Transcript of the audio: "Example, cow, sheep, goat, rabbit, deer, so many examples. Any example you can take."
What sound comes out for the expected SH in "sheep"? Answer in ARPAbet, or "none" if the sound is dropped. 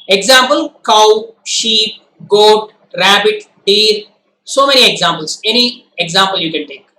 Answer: SH